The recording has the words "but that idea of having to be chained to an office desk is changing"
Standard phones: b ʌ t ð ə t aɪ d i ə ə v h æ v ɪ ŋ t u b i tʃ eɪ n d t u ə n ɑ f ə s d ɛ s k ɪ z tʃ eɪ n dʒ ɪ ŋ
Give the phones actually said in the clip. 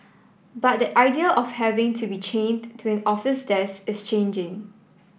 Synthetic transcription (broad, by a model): b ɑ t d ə t aɪ d i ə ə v h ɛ v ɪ ŋ t u b i tʃ eɪ n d t u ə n ɑ f ə s d ɛ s ɪ s tʃ eɪ n dʒ ɪ ŋ